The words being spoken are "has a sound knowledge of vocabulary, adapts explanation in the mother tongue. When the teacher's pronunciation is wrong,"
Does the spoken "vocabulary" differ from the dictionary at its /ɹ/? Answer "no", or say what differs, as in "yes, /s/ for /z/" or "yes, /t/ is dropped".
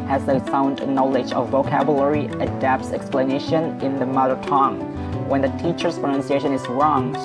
no